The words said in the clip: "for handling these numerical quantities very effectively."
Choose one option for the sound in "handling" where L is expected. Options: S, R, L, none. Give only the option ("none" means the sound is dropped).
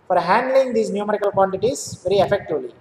L